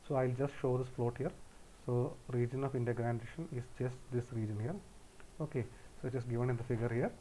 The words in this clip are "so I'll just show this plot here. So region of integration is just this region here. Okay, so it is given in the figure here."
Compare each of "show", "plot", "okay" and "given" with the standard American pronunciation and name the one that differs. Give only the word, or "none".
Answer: plot